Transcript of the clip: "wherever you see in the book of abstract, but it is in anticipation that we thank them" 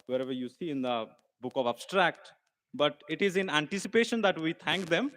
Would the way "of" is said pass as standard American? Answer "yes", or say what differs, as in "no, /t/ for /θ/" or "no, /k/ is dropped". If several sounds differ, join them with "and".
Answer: yes